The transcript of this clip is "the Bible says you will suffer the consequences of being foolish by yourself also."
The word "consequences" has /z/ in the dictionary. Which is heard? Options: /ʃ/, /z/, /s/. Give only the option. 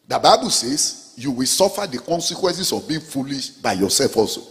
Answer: /s/